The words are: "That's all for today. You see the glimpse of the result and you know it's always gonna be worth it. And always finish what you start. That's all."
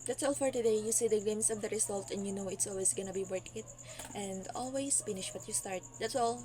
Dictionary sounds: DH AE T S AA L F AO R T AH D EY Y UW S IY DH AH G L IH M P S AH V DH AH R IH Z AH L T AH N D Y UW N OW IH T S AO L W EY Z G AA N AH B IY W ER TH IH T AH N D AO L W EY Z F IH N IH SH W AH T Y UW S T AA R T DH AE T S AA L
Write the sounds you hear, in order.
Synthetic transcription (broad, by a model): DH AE T S AA L F AO R T AH D EY Y UW S IY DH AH G EH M S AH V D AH R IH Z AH L T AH N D Y UW N OW IH T S AO L W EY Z G AA N AH B IY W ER T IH T AH N D AO L W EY S F IH N IH SH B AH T Y UW S T AA R T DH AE T S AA L